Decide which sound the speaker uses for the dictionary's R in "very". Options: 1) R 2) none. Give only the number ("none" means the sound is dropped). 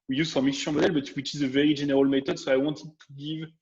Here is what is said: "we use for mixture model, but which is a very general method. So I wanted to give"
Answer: 1